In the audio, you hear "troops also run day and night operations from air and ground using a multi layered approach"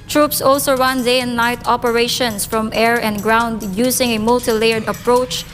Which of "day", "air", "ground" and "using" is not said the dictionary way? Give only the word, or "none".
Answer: using